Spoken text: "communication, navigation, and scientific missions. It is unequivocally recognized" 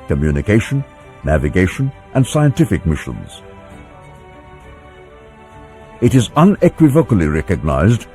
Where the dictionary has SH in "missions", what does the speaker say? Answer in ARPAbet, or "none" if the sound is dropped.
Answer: SH